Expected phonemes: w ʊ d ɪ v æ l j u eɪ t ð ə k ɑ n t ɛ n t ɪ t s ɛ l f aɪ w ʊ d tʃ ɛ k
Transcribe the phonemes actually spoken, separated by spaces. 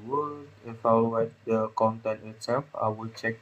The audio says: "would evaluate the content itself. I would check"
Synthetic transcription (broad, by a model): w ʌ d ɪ f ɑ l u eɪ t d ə k ɑ n t ɛ n t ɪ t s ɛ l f aɪ w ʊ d tʃ ɛ k